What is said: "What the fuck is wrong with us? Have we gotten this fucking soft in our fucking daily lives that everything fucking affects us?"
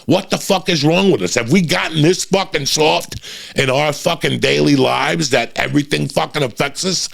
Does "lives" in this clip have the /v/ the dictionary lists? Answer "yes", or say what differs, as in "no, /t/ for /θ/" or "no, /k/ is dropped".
yes